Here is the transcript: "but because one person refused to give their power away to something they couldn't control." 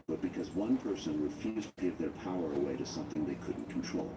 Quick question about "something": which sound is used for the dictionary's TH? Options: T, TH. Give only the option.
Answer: TH